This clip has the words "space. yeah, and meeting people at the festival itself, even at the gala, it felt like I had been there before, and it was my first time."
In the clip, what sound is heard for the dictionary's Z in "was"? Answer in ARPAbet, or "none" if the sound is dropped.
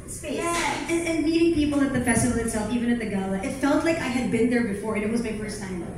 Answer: Z